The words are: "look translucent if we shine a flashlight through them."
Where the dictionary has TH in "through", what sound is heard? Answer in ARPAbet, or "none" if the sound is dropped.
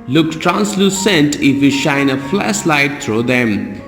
T